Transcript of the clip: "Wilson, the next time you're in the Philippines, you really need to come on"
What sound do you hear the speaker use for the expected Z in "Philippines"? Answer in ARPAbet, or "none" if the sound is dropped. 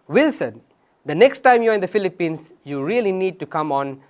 S